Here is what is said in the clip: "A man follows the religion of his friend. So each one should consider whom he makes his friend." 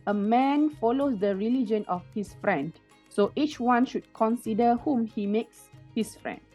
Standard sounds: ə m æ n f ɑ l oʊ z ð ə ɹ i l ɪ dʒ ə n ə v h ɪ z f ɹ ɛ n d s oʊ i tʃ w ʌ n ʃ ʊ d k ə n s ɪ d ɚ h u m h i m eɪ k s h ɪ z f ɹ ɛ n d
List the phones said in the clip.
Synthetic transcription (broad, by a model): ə m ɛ n f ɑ l oʊ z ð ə ɹ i l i dʒ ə n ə f h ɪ s f ɹ ɛ n d s oʊ i tʃ w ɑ n ʃ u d k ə n s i d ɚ h u m h i m eɪ k s h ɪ s f ɹ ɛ n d